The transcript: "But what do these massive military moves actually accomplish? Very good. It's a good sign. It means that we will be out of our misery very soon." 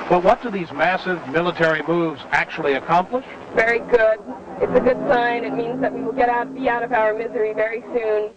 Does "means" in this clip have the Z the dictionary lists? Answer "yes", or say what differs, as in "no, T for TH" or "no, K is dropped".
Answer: yes